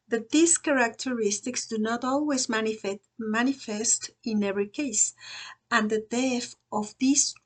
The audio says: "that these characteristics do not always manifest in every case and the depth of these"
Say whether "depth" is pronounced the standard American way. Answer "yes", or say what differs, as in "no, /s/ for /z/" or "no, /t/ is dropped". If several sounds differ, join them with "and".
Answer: no, /p/ is dropped